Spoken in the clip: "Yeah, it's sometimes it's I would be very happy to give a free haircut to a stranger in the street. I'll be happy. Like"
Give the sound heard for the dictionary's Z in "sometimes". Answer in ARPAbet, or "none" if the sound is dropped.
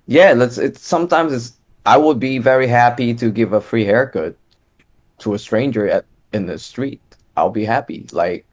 Z